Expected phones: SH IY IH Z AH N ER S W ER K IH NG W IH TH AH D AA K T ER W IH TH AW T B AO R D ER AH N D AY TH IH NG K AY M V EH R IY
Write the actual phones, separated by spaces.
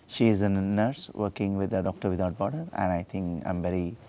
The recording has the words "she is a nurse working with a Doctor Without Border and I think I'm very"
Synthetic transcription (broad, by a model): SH IY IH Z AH N ER S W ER K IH NG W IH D AH D AA K T ER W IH T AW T B AO R D ER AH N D AY T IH NG K AY M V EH R IY